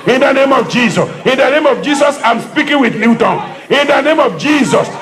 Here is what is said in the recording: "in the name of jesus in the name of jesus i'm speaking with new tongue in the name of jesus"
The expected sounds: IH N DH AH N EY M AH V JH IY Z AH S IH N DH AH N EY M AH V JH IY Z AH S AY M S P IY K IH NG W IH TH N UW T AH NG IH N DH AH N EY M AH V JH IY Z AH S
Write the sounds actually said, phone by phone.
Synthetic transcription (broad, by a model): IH N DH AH N EY M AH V JH IY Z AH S IH N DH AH N EY M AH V JH IY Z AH S AY M S P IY K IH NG W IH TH L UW T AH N IH N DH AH N EY M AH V JH IY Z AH S